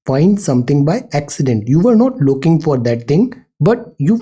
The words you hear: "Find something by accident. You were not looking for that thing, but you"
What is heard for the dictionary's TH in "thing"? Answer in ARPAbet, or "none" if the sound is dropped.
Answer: T